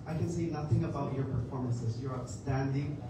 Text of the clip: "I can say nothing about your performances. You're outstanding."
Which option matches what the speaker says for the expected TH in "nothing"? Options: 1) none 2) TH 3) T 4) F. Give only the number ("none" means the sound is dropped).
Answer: 2